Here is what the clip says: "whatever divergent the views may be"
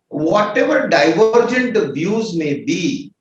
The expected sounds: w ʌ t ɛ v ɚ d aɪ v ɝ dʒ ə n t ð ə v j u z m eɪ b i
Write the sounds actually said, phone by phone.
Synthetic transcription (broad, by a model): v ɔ t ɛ v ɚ d aɪ v ɝ dʒ ə n t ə b j u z m eɪ b i